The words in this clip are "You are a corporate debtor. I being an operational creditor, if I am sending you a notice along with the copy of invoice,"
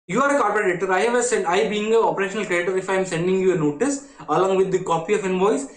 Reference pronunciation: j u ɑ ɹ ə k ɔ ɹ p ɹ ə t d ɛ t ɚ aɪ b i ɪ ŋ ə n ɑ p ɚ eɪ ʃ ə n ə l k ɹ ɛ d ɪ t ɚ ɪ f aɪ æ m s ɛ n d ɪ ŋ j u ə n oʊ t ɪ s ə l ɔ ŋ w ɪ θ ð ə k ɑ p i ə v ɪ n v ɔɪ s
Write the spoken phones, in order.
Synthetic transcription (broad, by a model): j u ɑ ɹ ə k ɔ ɹ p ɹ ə t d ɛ s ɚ aɪ b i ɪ ŋ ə ɑ p ɚ eɪ ʃ ə n ə l k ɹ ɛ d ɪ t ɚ ɪ f aɪ m s ɛ n d ɪ ŋ j u ə n oʊ t ɪ s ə l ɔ ŋ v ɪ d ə k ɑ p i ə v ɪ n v ɔɪ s